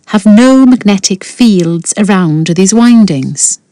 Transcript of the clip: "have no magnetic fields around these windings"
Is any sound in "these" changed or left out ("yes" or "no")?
no